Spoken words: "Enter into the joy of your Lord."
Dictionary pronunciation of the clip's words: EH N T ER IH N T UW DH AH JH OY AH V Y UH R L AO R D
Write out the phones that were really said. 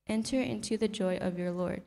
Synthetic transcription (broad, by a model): EH N T ER IH N T UW DH AH JH OY AH V Y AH R L AO R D